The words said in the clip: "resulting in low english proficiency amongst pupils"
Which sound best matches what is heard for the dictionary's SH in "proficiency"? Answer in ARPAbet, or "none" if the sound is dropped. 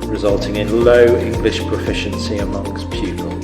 SH